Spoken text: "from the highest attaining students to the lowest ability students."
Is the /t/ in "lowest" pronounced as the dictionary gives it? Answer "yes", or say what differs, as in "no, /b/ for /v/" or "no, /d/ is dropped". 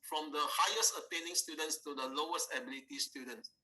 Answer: yes